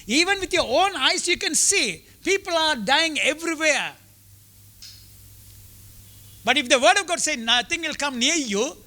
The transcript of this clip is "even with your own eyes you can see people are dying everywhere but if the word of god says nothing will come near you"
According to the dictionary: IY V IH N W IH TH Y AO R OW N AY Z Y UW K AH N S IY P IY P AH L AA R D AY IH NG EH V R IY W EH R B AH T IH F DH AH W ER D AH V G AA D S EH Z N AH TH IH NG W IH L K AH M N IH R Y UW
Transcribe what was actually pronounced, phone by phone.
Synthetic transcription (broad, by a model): IY V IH N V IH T Y AO R OW N AY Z Y UW K AH N S IY P IY P AH L AA R D AY IH NG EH V R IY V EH R B AH T IH F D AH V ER D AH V G AA D S EH N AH T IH NG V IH L K AH M N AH R Y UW